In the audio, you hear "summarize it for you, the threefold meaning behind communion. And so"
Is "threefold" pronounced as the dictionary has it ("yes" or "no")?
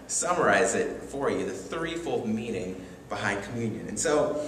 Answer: yes